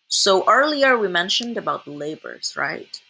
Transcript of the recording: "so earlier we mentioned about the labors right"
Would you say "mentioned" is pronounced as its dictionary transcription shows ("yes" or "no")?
yes